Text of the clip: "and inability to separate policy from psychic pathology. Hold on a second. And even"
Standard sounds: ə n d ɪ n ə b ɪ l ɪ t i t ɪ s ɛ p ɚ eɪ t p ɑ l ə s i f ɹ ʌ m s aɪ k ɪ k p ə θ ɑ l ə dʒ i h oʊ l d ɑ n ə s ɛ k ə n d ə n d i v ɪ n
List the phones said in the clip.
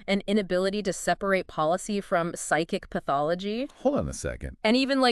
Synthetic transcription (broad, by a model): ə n ɪ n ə b ɪ l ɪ t i t ɪ s ɛ p ɚ eɪ t p ɑ l ə s i f ɹ ʌ m s aɪ k ɪ k p ə θ ɑ l ə dʒ i h oʊ l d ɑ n ə s ɛ k ə n d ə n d i v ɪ n